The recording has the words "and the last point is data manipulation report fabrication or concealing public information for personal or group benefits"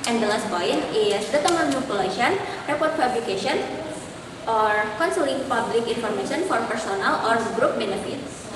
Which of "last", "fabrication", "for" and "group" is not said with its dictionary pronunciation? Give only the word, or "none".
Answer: fabrication